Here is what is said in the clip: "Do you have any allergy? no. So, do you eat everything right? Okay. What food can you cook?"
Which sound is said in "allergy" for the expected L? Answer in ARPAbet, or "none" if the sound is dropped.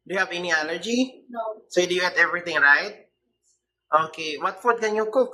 N